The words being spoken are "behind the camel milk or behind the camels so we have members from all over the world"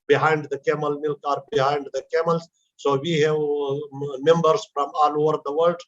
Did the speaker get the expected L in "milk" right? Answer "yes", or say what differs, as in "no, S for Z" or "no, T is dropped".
yes